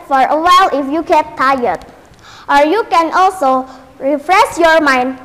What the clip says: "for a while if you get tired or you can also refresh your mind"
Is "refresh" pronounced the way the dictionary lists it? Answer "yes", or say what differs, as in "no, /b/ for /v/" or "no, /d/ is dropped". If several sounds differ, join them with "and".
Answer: no, /s/ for /ʃ/